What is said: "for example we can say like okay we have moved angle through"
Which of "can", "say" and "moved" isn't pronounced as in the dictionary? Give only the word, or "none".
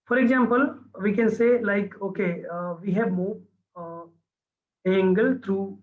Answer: moved